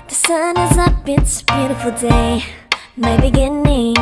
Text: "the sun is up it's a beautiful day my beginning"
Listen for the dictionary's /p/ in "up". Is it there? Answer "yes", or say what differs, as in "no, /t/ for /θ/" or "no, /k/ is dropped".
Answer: no, /b/ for /p/